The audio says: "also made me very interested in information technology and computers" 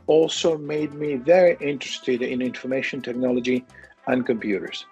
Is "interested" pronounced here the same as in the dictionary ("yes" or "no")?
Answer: yes